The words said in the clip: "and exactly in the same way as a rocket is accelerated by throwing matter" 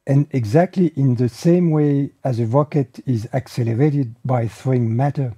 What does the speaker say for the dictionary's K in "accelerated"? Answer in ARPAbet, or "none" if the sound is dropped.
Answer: K